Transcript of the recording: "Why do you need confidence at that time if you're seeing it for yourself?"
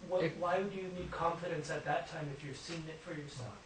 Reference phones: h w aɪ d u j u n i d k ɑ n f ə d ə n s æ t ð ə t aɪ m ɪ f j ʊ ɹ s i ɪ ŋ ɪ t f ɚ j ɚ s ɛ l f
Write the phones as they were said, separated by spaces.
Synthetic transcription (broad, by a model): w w aɪ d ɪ j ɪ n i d k ɑ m f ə d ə n s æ t ð ə t aɪ m ɪ f j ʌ ɹ s i ɪ ŋ ɪ t f ɚ j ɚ s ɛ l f